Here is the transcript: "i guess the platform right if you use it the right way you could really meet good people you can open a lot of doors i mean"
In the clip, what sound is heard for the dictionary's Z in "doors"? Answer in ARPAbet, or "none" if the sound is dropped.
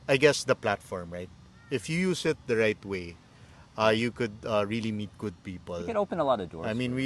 none